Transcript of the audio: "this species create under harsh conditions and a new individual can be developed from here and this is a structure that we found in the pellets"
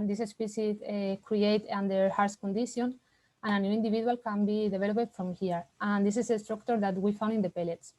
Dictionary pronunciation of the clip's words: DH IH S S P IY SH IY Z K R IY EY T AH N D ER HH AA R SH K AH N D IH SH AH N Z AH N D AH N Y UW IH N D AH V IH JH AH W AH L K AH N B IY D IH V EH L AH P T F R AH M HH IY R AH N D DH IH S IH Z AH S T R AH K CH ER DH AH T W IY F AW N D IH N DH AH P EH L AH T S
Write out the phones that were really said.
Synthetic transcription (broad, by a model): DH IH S S P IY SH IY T K R IY EY T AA N D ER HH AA R S K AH N D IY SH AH N AH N AH N Y UW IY N D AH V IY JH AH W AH L K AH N B IY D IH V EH L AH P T F R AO M HH IY R AH N D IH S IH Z AH S T R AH K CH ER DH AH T W IY F AW N D IH N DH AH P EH L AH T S